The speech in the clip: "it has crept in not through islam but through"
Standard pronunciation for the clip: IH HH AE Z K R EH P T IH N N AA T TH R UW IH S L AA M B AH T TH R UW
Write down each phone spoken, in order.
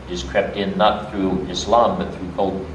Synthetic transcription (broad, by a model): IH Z K R EH P T IH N N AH T TH R UW IH S L AA M B AH T TH R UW